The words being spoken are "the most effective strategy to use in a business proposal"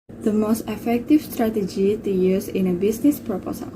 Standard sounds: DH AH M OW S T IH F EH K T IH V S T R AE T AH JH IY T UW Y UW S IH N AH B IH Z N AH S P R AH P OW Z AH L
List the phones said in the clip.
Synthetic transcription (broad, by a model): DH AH M OW S T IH F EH K T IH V S T R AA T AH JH IY T UW Y UW S IH N AH B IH S N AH S P R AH P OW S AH L